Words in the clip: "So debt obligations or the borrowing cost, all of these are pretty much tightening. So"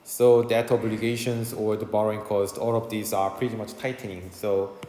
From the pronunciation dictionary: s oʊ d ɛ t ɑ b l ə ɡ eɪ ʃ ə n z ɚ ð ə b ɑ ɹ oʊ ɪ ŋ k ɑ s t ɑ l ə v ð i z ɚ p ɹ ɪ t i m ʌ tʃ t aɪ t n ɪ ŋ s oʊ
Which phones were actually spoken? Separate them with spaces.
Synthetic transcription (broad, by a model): s oʊ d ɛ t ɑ b l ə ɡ eɪ ʃ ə n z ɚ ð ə b ɑ ɹ oʊ ɪ ŋ k ɑ s t ɑ l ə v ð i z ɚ p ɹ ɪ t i m ʌ tʃ t aɪ t n ɪ ŋ s oʊ